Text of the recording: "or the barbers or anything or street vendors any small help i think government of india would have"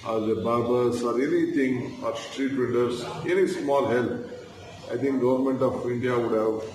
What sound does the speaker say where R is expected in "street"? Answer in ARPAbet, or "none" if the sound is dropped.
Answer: R